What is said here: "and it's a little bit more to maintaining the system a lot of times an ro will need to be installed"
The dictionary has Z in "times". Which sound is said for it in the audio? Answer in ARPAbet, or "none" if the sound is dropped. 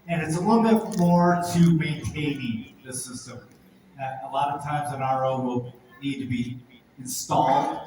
Z